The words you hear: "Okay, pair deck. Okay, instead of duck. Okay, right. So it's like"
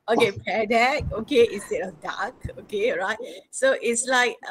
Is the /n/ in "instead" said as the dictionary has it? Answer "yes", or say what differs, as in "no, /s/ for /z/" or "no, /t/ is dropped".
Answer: no, /n/ is dropped